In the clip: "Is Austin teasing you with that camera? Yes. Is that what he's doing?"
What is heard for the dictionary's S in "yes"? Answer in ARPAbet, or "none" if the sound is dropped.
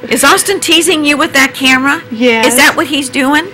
none